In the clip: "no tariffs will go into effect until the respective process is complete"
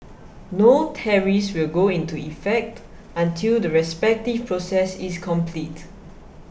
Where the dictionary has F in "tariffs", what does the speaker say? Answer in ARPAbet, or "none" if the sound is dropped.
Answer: none